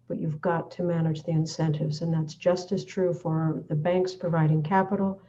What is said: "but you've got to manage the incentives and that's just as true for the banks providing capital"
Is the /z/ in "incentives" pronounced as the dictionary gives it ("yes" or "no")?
yes